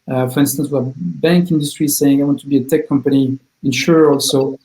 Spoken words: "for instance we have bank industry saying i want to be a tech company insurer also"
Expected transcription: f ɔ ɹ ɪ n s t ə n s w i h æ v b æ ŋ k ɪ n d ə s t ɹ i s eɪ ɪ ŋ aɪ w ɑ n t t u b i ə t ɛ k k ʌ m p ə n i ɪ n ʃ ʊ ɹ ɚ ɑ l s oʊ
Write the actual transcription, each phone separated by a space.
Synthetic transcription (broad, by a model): f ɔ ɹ ɪ n s t ə n s w i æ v b æ ŋ k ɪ n d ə s t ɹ i s eɪ ɪ ŋ aɪ w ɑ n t t u b i ə t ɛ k k ʌ m p ə n i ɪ n ʃ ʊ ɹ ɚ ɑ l s oʊ